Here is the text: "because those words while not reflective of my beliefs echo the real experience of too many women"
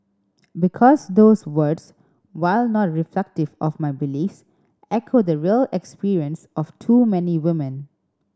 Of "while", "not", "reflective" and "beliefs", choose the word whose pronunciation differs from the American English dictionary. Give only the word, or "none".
none